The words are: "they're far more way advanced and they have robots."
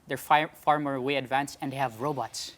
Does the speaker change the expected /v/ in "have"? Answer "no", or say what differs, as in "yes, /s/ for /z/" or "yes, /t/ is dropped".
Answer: no